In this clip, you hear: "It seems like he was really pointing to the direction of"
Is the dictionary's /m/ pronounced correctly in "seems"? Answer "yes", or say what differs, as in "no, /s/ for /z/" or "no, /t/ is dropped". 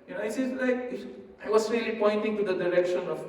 no, /m/ is dropped